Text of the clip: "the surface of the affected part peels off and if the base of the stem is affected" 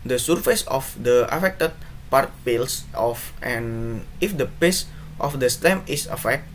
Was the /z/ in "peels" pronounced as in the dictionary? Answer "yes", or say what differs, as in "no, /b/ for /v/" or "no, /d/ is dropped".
no, /s/ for /z/